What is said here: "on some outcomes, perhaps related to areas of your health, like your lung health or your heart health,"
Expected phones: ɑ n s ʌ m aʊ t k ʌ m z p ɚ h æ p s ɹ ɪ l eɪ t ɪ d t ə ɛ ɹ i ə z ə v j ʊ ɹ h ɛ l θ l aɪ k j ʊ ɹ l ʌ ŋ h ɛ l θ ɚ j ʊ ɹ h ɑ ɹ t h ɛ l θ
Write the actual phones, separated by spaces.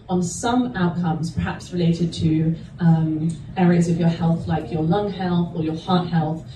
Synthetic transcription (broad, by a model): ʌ n s ʌ m aʊ t k ʌ m z p ɚ h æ p s ɹ ɪ l eɪ t ɪ d t ə ɛ ɹ i ə z ə v j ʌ h ɛ l θ l aɪ k j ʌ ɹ l ʌ ŋ h ɛ l θ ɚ j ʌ h ɑ t h ɛ l θ